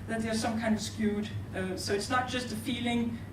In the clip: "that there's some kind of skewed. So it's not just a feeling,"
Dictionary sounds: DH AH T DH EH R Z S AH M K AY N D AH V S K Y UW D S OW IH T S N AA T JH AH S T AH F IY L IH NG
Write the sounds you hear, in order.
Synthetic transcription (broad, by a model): DH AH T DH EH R S AH M K AY N D AH V S K Y UW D S OW IH T S N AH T JH AH S T AH F IY L IH NG